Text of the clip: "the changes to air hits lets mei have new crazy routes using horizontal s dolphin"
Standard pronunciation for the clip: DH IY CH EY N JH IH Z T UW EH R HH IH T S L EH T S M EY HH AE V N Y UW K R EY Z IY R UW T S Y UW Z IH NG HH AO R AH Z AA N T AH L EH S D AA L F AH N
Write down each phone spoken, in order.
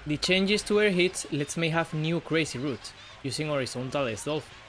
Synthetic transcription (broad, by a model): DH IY CH EY N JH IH S T UW EH R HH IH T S L EH T S M EY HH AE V N Y UW K R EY S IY R UW T S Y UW S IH NG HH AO R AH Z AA N T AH L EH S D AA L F